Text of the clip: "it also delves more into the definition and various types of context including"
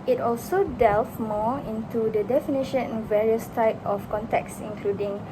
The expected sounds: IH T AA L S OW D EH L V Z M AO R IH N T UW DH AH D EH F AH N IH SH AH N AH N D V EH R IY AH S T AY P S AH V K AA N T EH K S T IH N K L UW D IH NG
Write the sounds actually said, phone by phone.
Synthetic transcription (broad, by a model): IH T AA L S OW D EH L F M AO IH N T UW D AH D EH F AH N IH SH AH N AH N V EH R IY AH S T AY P AH F K AA N T EH K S IH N K L UW D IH NG